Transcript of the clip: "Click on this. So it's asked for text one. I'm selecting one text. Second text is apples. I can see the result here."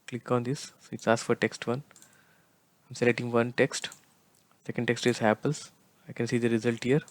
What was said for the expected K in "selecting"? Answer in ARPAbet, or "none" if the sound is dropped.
none